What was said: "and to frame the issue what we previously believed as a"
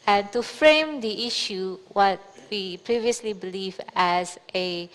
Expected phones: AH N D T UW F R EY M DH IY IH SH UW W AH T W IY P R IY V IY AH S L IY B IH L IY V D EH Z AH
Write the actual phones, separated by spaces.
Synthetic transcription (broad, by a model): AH N T UW F R EY M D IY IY SH UW W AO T W IY P R IY V IY AH S L IY B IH L IY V EH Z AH